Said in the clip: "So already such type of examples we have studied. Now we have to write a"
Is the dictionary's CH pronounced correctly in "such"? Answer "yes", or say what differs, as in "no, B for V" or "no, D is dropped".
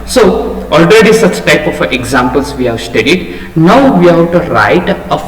yes